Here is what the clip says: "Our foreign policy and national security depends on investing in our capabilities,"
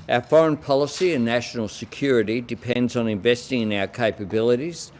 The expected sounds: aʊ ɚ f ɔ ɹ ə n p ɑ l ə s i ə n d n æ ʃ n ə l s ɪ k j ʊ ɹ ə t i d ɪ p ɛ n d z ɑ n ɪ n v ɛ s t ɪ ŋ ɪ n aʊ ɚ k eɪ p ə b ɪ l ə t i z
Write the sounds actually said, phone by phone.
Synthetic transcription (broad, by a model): aʊ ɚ f ɔ ɹ ə n p ɑ l ə s i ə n n æ ʃ n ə l s ɪ k j ʊ ɹ ə t i d ɪ p ɛ n d z n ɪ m v ɛ s t ɪ ŋ ɪ n aʊ ɚ k eɪ p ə b ɪ l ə t i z